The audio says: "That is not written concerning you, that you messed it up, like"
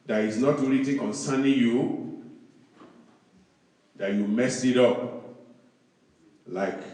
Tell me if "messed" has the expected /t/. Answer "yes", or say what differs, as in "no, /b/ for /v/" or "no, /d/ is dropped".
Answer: no, /t/ is dropped